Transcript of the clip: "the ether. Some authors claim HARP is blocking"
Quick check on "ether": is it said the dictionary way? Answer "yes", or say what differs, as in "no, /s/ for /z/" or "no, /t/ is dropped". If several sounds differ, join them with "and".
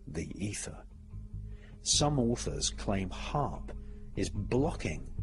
yes